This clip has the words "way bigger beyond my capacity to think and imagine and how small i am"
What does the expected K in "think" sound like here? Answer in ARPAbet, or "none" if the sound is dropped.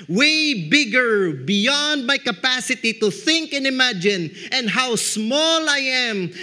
K